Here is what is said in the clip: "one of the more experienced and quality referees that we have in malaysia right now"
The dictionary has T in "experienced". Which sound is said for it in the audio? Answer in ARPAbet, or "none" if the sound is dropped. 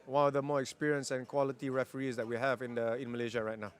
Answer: none